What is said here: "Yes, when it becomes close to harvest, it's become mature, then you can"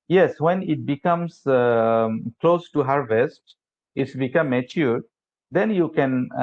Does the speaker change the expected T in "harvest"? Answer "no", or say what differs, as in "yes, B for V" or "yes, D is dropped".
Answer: no